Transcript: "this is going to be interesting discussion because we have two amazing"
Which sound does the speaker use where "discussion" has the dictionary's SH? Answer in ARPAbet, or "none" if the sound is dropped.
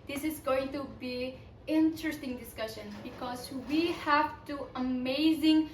SH